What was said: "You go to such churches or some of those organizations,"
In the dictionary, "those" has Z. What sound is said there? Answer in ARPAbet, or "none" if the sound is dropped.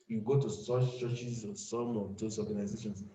S